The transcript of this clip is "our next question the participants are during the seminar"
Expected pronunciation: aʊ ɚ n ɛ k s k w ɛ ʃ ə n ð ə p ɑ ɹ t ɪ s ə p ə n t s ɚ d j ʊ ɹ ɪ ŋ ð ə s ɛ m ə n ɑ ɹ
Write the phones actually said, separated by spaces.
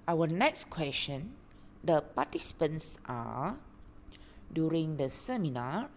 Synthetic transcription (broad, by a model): aʊ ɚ n ɛ k s k w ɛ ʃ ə n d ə p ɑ t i s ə p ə n s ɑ d j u ɹ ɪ ŋ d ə s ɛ m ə n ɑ